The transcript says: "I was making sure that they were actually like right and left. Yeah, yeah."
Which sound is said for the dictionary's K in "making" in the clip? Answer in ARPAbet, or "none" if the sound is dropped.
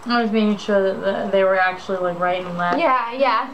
none